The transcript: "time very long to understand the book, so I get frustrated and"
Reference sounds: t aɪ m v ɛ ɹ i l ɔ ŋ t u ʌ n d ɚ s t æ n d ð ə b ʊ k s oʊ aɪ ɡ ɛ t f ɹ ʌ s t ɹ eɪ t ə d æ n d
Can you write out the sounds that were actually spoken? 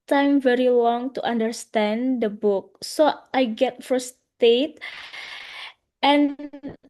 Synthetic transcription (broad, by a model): t aɪ m v ɛ ɹ i l ɔ ŋ t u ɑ n d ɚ s t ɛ n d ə b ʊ k s oʊ aɪ ɡ ɛ t f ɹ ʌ s t eɪ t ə n